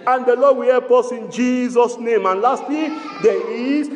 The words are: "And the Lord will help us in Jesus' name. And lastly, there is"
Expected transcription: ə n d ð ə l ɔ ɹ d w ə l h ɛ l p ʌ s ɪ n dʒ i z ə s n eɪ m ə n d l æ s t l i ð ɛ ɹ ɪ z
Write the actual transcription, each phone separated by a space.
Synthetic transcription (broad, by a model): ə n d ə l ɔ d w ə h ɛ p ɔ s ɪ n dʒ i z ə s n eɪ m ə n l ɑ s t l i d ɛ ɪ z